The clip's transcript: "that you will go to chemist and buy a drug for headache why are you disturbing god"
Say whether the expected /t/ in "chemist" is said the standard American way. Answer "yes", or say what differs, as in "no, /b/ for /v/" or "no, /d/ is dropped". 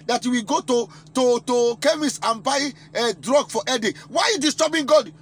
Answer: no, /t/ is dropped